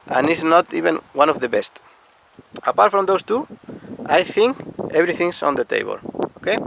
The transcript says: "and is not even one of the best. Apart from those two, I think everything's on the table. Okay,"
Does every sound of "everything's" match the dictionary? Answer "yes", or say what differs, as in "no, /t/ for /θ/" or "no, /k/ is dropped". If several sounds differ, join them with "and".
no, /b/ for /v/ and /s/ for /z/